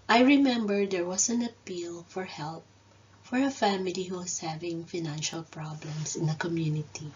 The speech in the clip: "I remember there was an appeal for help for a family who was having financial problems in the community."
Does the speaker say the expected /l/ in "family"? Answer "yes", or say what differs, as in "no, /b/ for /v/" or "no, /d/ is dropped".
yes